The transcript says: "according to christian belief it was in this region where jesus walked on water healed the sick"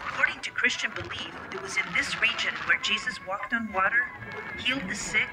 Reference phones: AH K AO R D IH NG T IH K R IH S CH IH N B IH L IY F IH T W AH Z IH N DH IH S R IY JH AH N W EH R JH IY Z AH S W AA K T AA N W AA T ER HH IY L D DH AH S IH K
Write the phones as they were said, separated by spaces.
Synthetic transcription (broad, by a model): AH K AO R D IH NG T IH K R IH S CH IH N B IH L IY F IH T W AH Z IH N DH IH S R IY JH AH N W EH R JH IY Z AH S W AA K T N W AA T ER HH IY L D DH AH S IH K